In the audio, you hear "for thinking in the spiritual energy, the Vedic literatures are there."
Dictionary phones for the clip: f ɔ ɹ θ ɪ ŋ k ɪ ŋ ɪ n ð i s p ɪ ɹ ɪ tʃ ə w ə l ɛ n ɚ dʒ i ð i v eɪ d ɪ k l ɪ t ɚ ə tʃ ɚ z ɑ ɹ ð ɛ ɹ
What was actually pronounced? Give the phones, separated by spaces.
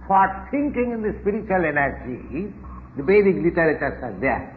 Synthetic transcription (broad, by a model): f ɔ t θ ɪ ŋ k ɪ ŋ ɪ n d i s p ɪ ɹ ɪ tʃ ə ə l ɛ n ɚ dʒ i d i b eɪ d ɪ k l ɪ t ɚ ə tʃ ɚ s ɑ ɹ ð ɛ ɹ